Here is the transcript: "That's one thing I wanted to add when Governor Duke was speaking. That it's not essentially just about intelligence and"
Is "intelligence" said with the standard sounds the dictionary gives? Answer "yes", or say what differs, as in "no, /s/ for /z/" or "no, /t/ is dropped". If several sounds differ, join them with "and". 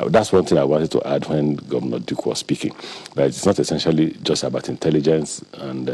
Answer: yes